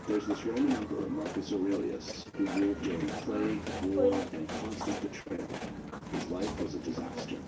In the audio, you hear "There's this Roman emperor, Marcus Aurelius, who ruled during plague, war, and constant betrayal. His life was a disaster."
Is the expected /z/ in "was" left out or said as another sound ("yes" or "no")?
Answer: no